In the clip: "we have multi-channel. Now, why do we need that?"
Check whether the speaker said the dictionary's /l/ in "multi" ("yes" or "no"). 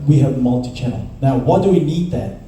yes